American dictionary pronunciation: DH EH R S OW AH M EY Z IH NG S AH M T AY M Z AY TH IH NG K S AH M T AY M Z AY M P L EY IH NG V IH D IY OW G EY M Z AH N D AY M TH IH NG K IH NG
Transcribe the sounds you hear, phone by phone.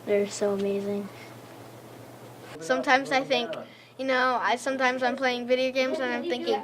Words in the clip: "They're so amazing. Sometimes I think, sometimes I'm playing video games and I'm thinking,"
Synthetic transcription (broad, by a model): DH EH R S OW AH M EY Z IH NG S AH M T AY M Z AY TH IH NG K S AH M T AY M Z AY M P L EY IH NG V IH D IY OW G EY M Z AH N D AY M TH IH NG K IH NG